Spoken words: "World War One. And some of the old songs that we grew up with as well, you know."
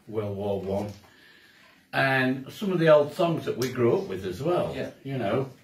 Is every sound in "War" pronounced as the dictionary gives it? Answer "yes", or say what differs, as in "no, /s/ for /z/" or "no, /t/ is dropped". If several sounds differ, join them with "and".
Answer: no, /l/ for /ɹ/